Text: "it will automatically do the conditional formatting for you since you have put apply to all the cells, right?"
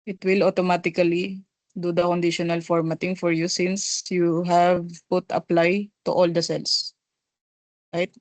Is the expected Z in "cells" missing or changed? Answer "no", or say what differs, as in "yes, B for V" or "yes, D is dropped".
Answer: yes, S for Z